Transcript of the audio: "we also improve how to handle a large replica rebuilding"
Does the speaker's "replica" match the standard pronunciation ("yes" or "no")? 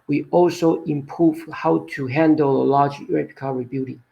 no